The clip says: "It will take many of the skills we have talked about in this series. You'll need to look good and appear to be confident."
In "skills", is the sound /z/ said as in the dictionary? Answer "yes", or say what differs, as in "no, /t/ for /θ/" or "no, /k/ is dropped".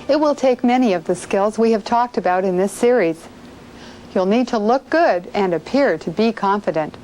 yes